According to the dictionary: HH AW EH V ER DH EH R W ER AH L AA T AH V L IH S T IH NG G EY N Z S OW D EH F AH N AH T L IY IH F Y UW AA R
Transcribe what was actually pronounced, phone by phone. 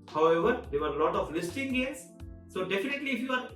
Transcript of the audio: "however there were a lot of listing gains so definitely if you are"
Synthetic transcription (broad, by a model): HH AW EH V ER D EH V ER L AA T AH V L IH S T IH NG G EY Z S OW D EH F AH N AH T L IY IH F Y UW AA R